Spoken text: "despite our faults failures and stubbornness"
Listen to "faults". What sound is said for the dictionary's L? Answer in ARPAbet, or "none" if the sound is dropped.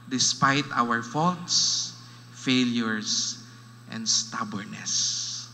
L